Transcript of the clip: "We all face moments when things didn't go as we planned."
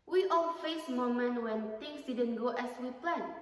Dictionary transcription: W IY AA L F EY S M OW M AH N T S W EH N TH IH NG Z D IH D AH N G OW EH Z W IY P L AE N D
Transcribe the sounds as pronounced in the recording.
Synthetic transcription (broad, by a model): W IY AA L F EY S M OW M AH N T W EH N T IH NG S D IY D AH N G OW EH S W IY P L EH N